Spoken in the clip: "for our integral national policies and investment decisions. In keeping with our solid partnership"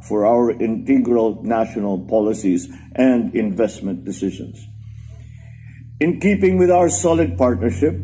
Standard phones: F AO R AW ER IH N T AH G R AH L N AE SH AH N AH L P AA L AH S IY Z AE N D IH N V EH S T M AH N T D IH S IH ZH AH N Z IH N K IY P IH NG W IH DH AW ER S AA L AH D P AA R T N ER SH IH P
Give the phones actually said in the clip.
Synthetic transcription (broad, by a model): F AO R AW ER IH N T AH G R AH L N AE SH AH N AH L P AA L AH S IY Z AE N D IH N V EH S T M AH N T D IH S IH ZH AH N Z IH N K IY P IH NG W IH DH AW ER S AA L AH D P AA R T N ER SH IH P